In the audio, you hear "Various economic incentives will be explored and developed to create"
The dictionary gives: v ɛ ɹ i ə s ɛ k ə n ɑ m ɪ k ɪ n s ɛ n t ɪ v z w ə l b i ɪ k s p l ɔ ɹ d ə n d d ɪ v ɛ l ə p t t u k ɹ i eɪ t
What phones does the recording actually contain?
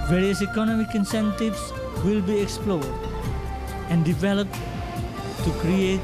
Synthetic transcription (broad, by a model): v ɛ ɹ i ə s ɛ k ə n ɑ m ɪ k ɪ n s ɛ n t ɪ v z w ə l b i ɪ k s p l ɔ ɹ d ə n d d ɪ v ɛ l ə p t t u k ɹ i eɪ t